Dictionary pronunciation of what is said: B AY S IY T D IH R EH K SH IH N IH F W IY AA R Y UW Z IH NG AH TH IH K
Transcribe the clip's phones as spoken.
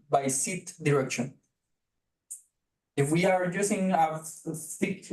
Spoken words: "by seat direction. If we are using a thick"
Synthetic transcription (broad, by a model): B AY S IY T D IH R EH K SH IH N IH F W IY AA R Y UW S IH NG AH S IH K